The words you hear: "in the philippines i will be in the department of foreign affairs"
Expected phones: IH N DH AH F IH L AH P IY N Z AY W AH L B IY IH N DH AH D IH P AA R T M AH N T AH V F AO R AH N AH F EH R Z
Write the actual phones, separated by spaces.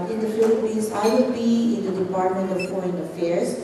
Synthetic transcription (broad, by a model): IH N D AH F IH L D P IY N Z AY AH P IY IH N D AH D IH P AA R T M AH N T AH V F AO AH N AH F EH R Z